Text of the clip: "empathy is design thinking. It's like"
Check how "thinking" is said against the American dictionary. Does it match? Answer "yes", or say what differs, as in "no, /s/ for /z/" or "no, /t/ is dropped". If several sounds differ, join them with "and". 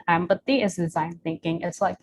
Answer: yes